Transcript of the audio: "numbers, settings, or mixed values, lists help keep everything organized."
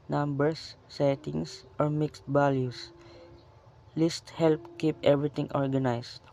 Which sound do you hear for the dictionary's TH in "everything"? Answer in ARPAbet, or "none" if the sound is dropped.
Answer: T